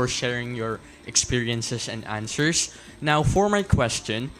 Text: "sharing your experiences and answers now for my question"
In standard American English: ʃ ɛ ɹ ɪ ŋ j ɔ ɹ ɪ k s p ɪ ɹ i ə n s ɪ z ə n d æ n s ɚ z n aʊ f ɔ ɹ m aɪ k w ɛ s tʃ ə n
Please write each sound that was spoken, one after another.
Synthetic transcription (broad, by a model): ʃ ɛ ɹ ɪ ŋ j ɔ ɹ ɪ k s p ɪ ɹ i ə n s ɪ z ə n d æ n s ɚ s n aʊ f ɔ ɹ m aɪ k w ɛ s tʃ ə n